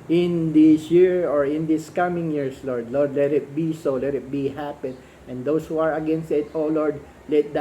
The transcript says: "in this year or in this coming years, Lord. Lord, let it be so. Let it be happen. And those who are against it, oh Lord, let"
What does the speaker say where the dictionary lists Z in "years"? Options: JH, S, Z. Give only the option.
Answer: S